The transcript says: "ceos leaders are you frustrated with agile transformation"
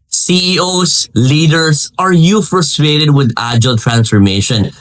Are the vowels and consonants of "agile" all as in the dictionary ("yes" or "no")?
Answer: yes